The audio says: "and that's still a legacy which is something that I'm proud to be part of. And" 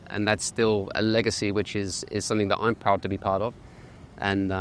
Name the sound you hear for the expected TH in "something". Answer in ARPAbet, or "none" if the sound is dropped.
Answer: TH